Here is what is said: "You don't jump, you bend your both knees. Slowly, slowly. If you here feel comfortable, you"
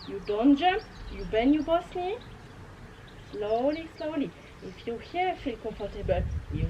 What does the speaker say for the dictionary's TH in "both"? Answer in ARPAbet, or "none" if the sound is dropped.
S